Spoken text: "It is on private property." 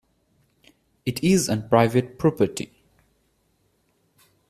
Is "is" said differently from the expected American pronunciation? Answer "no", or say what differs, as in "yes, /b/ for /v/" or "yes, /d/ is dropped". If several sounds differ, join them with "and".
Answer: no